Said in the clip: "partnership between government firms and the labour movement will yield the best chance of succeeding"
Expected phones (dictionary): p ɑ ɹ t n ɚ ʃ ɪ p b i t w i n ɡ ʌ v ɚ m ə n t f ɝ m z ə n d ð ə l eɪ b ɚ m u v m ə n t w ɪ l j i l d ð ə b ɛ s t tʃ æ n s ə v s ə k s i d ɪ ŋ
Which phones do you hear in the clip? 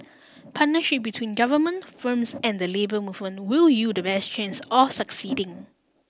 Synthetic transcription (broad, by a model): p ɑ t n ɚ ʃ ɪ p b i t w i n ɡ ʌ v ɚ m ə n t f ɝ m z ə n d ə l eɪ b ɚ m u v m ə n t w ɪ l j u d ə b ɛ s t tʃ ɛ n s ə f s ə k s i d ɪ ŋ